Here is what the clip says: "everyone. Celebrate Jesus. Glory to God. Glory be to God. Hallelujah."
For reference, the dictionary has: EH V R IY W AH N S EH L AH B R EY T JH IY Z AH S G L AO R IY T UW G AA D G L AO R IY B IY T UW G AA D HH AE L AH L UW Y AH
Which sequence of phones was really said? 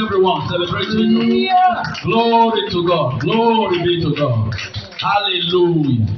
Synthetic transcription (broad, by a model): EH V R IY W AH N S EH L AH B R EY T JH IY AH G L AO R IY T UW G AA D G L AO R IY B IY T UW G AA D HH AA L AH L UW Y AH